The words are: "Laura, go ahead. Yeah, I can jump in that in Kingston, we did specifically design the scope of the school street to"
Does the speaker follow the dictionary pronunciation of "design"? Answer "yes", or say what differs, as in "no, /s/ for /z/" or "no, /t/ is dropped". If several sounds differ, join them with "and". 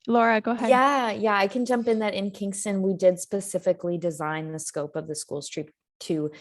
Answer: yes